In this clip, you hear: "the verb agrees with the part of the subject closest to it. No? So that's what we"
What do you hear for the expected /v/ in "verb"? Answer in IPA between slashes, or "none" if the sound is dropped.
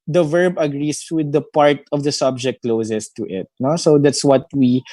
/v/